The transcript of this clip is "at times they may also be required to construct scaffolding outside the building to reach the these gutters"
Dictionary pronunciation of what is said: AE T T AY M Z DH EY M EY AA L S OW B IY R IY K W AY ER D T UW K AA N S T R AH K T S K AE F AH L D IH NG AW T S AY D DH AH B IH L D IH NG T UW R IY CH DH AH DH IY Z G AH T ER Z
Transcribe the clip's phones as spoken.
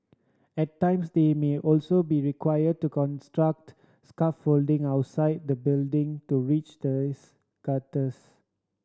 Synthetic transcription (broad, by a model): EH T T AY M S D EY M EY AA L S OW B IY R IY K W AY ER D T UW K AA N S T R AH K T S K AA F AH L D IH NG AW T S AY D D AH B IH L D IH NG T UW R IY CH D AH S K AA T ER S